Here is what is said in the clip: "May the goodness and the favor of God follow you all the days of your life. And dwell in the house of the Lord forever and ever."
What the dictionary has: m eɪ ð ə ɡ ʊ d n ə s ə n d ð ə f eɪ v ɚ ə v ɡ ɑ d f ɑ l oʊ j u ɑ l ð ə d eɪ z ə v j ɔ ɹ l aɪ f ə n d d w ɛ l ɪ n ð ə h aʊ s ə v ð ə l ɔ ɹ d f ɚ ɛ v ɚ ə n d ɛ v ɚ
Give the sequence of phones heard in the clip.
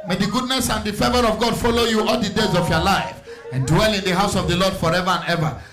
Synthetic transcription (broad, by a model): m eɪ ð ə ɡ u d n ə s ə n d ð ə f eɪ v ɚ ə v ɡ ɑ d f ɑ l oʊ j u ɑ l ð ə d eɪ z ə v j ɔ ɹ l aɪ f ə n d d w ɛ l ɪ n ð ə h aʊ s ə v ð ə l ɔ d f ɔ ɛ v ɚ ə n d ɛ v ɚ